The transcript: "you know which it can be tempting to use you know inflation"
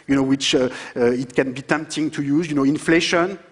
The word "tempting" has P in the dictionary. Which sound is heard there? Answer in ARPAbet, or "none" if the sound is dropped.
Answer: P